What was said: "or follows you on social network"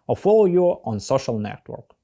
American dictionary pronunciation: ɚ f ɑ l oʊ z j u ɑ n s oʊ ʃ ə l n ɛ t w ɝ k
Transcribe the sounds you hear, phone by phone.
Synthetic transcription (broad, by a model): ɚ f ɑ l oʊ j u ɑ n s oʊ ʃ ə l n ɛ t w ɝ k